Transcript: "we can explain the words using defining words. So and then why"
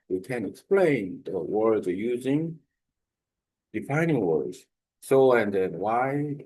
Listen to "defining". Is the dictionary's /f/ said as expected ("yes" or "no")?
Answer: yes